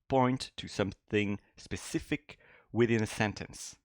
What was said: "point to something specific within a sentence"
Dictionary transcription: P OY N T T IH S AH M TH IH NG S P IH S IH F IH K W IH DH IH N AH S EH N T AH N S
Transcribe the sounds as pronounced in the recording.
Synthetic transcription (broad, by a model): P OY N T T IH S AH M TH IH NG S P IH S IH F IH K W IH DH IH N AH S EH N T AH N S